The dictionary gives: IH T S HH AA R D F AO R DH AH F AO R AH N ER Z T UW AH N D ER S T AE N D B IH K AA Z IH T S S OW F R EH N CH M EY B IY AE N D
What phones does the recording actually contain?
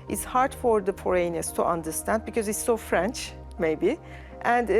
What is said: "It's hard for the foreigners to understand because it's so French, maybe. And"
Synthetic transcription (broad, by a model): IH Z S HH AA R D F AO R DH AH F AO R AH N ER S T UW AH N D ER S T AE N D B IH K AA Z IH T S S OW F R EH N CH M EY B IY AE N D